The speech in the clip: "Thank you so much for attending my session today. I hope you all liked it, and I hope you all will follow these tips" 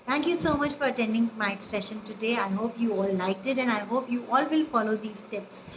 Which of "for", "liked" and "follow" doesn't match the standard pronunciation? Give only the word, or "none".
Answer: none